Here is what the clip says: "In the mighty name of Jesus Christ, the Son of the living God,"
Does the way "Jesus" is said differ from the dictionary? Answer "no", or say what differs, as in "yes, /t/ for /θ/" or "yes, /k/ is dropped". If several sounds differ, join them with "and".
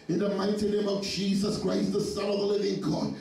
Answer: no